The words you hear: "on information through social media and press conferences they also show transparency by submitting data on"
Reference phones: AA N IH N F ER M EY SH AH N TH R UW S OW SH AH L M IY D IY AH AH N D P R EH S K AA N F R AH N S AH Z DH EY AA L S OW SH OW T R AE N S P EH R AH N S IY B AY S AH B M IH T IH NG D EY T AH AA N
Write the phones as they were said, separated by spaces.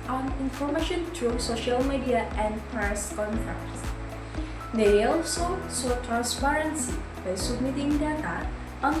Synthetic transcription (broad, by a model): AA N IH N F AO M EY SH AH N T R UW S OW SH AH L M IY D IY AH AH N D P R EH S K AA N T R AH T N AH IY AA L S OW S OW T R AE N S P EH R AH N S IY B AY S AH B M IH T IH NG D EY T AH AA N